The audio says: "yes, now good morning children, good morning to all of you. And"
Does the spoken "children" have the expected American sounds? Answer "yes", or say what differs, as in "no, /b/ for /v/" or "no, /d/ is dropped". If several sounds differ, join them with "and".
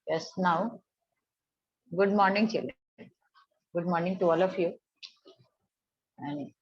no, /l/ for /n/